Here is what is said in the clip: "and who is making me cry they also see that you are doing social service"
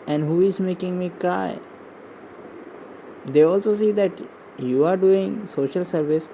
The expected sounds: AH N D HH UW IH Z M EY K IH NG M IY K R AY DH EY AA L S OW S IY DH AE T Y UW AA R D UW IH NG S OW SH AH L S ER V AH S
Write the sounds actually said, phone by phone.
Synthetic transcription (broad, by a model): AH N D HH UW IH Z M EY K IH NG M IY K AY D EY AA L S OW S IY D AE T Y UW AA R D UW IH NG S OW SH AH L S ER V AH S